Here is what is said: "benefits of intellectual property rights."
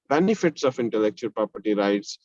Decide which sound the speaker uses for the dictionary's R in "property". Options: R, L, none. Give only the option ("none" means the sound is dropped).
R